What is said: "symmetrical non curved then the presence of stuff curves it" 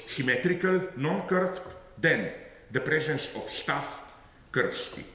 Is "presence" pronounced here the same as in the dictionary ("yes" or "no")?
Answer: yes